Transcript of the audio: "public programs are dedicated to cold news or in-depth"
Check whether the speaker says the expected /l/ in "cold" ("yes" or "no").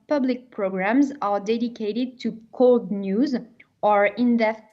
yes